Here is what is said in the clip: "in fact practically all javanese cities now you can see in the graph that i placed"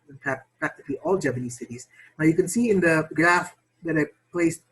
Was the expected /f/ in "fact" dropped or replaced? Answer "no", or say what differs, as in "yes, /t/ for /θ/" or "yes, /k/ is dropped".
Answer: yes, /p/ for /f/